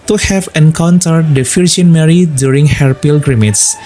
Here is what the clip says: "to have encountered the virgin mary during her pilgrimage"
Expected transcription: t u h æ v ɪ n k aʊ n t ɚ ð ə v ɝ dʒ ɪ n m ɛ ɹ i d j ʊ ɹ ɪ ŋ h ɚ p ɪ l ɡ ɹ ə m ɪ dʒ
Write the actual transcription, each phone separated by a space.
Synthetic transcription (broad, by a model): t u h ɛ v ɪ n k aʊ n t ɚ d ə f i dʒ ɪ n m ɛ ɹ i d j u ɹ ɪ ŋ h ɚ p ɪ l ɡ ɹ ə m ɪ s